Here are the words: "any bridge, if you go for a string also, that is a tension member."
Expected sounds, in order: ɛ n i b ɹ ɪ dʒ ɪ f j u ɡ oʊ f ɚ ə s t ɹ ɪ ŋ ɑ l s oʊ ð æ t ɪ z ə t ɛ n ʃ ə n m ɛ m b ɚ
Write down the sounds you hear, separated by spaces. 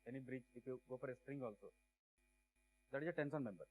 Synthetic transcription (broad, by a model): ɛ n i b ɹ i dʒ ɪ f j u ɡ oʊ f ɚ ə s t ɹ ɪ ŋ ɑ l s oʊ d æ t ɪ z ə t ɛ n s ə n m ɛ m b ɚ